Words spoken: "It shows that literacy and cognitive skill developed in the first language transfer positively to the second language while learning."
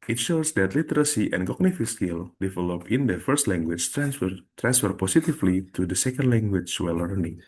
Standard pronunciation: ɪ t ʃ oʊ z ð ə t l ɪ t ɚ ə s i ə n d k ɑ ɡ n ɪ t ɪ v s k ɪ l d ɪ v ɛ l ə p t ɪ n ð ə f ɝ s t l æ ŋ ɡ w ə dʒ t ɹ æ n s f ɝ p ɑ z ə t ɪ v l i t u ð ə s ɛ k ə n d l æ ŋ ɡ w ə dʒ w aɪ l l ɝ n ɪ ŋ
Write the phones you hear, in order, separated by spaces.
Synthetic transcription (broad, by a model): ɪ t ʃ oʊ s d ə t l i t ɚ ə s i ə n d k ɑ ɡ n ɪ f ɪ s k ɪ l d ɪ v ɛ l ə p ɪ n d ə f ɝ s t l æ ŋ ɡ w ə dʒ t ɹ æ n s f ɝ p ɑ s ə t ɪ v l i t u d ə s ɛ k ə n d l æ ŋ ɡ w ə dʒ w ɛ l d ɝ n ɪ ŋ